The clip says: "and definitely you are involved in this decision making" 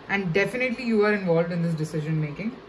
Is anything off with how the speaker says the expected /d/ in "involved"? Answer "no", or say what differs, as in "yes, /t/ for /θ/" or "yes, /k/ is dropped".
no